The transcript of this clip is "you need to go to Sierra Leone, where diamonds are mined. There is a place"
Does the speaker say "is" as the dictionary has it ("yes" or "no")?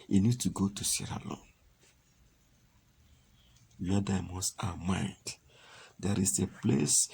no